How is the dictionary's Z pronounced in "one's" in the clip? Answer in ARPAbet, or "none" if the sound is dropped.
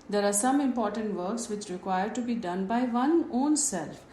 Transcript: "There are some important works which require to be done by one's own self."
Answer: none